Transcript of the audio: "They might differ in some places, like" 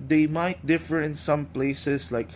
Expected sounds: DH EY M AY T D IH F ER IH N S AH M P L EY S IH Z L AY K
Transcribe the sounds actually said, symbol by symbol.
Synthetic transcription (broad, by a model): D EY M AY T D IH F ER IH N S AH M P L EY S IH S L AY K